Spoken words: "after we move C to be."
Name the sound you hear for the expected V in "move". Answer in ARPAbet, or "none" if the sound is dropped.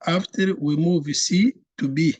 V